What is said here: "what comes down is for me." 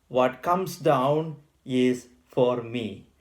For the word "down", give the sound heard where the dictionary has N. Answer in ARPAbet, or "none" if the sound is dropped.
N